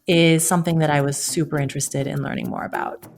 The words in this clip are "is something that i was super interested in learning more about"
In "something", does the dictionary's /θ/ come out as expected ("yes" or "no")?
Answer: yes